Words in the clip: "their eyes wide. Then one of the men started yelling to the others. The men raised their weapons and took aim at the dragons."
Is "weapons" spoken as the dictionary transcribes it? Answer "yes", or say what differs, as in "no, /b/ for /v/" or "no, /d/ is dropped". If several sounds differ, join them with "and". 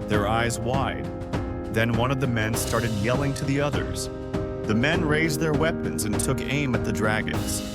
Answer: yes